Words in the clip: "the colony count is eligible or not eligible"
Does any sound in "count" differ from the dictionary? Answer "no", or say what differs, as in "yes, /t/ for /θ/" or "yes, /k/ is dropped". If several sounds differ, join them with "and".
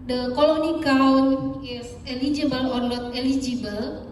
yes, /t/ is dropped